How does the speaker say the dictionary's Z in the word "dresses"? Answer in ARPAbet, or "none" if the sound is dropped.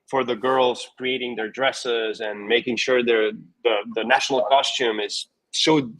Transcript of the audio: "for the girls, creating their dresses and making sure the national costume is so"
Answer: Z